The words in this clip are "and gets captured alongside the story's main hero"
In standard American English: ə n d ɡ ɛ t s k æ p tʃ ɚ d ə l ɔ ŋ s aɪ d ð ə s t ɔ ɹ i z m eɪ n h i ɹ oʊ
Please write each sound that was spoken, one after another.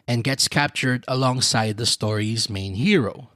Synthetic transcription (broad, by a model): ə n ɡ ɛ t s k æ p tʃ ɚ d ə l ɔ ŋ s aɪ d ð ə s t ɔ ɹ i z m eɪ n h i ɹ oʊ